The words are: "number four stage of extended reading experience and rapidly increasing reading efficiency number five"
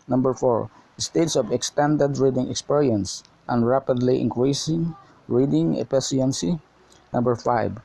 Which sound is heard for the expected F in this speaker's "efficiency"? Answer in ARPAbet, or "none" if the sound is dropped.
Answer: P